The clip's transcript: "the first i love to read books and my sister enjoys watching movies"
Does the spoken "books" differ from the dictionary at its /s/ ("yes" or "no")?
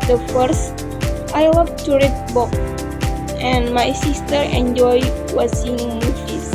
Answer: yes